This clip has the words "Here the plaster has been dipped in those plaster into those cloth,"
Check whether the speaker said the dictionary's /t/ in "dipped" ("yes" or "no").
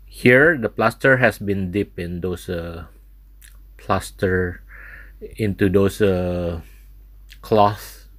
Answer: no